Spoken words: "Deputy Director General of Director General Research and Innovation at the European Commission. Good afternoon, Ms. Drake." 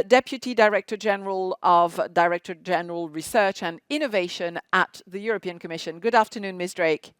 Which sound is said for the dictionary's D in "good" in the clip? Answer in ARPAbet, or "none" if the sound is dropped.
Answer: D